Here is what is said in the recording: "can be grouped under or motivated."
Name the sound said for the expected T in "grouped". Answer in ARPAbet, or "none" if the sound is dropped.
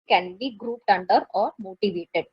T